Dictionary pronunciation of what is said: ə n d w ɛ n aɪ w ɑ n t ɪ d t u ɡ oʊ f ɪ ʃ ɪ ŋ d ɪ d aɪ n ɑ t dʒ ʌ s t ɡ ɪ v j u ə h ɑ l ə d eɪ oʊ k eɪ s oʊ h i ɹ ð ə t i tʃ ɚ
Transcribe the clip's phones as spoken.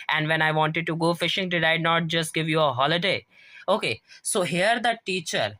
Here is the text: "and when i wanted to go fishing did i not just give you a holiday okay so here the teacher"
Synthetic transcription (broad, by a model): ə n d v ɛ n aɪ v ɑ n t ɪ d t u ɡ oʊ f ɪ ʃ ɪ ŋ d ɪ d aɪ n ɑ t dʒ ʌ s t ɡ ɪ v j u ə h ɑ l ə d eɪ oʊ k eɪ s oʊ h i ɹ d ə t i tʃ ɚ